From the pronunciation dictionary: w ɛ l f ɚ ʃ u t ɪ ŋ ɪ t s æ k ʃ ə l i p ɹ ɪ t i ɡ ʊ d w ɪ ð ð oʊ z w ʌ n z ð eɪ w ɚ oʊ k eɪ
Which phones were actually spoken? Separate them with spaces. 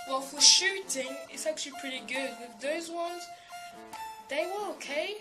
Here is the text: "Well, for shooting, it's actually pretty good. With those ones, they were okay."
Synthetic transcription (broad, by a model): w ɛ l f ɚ ʃ u t ɪ ŋ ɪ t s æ k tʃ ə l i p ɹ ɪ t i ɡ ʊ d w ɪ ð ð oʊ z w ʌ n z ð eɪ w ɚ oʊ k eɪ